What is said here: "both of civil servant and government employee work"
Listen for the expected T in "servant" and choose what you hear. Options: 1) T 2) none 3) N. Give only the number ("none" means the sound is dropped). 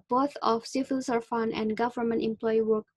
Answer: 2